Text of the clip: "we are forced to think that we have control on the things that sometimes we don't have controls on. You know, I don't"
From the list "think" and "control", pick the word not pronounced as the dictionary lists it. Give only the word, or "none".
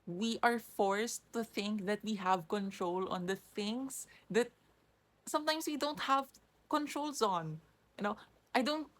none